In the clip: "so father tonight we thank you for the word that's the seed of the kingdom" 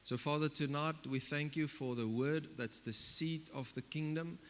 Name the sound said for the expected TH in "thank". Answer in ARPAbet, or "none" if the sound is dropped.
TH